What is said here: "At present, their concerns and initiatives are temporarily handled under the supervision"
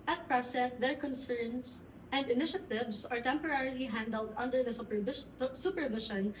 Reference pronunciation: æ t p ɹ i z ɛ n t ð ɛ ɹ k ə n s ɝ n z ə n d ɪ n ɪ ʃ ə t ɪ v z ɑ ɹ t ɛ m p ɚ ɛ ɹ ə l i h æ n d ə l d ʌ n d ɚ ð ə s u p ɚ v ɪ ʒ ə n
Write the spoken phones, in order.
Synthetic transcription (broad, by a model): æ t p ɹ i s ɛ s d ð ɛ ɹ k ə n s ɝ n s ə n d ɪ n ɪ ʃ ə t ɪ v s ɑ ɹ t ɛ m p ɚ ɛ ɹ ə l i h æ n d ə l d ʌ n d ɚ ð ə s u p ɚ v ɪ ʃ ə n